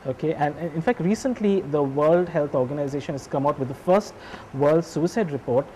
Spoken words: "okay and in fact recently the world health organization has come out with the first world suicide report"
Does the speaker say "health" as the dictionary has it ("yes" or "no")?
no